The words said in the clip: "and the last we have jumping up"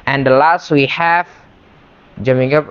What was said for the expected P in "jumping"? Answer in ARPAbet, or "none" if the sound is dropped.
none